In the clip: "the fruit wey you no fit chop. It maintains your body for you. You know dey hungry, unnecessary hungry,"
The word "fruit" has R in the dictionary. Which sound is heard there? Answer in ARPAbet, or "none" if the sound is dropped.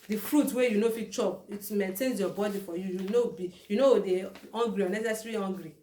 R